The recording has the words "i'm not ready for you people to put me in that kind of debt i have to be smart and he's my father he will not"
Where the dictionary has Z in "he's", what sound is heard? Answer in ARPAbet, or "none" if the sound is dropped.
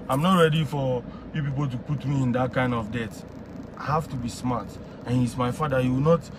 S